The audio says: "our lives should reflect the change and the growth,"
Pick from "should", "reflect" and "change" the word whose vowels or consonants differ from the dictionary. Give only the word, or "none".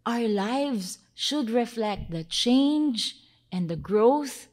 none